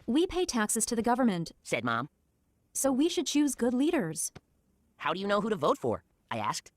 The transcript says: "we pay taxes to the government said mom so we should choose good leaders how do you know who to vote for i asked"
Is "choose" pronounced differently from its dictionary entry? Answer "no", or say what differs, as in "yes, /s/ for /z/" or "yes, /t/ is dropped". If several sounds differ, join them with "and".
no